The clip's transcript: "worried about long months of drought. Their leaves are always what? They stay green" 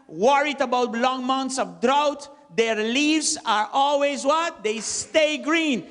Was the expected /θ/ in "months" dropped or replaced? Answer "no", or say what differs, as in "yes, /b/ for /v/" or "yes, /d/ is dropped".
yes, /t/ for /θ/